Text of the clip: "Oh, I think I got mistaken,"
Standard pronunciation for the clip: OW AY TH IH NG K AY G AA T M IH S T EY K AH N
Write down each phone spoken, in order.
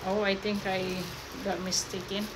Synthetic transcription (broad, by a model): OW AY T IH NG K AY G AA T M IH S T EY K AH N